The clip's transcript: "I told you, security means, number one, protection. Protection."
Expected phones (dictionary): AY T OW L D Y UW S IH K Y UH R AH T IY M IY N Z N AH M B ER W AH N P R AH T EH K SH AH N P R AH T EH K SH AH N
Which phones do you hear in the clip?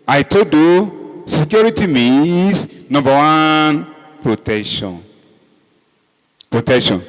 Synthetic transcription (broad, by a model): AY T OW D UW S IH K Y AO R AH T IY M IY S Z N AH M B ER W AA N P R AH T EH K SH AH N P R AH T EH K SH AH N